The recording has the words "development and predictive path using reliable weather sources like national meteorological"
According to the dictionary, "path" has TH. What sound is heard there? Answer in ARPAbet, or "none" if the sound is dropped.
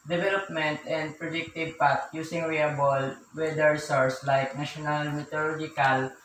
T